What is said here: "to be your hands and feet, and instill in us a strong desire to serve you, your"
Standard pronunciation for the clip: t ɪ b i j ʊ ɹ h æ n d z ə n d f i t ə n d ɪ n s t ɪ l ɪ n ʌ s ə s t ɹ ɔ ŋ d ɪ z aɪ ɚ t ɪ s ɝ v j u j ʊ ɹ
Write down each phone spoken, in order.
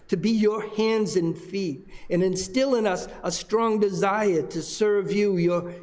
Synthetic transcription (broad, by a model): t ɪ b i j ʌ ɹ h æ n d z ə n f i t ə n ɪ n s t ɪ l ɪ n ʌ s ə s t ɹ ɔ ŋ d ɪ z aɪ ɚ t ɪ s ɝ v j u j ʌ ɹ